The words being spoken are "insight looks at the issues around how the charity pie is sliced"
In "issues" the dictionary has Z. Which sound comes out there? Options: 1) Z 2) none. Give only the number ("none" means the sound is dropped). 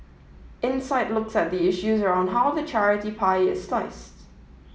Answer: 1